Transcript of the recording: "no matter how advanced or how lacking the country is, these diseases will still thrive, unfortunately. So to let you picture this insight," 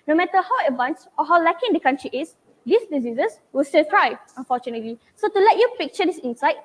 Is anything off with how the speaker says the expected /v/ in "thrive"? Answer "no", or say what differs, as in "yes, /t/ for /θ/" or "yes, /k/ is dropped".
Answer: yes, /v/ is dropped